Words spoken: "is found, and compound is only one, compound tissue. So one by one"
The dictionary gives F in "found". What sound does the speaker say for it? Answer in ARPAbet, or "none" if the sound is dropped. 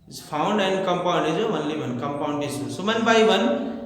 P